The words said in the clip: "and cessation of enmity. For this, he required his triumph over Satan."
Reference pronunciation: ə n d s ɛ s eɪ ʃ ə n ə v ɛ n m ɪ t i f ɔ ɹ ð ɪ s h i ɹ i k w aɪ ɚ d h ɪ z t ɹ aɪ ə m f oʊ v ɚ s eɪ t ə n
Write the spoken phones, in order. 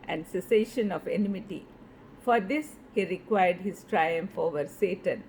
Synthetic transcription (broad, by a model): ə n d s ɛ s eɪ ʃ ə n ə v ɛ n m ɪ t i f ɔ ɹ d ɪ s h i ɹ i k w aɪ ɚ d h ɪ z t ɹ aɪ ə m f oʊ v ɚ s eɪ t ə n